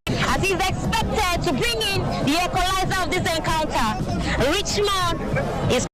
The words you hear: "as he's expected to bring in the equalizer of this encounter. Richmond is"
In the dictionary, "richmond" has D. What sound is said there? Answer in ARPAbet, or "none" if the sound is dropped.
none